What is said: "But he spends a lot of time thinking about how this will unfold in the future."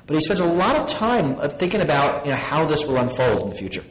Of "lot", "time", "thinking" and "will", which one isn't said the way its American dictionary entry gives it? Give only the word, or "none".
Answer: none